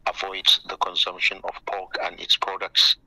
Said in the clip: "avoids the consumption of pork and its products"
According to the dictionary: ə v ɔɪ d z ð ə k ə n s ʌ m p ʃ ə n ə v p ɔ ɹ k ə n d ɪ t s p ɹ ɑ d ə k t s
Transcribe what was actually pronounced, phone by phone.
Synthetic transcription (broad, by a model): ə v ɔɪ d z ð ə k ə n s ʌ m p ʃ ə n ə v p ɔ l k ə n d ɪ t s p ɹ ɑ d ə k t s